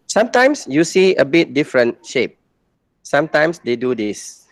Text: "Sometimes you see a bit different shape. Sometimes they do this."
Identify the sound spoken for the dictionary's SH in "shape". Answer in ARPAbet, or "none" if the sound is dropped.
SH